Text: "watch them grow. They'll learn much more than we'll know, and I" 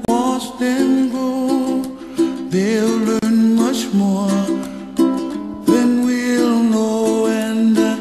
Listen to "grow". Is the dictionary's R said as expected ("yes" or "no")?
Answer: no